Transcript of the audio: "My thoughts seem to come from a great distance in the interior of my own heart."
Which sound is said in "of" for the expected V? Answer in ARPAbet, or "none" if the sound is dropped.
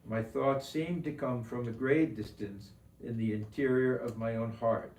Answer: V